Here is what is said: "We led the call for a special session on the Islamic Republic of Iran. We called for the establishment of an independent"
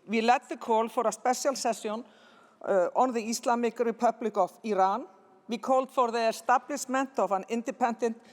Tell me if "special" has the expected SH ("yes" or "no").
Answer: no